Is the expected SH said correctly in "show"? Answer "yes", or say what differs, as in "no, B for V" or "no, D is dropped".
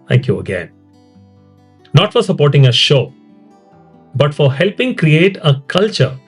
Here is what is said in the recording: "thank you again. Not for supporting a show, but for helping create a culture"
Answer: yes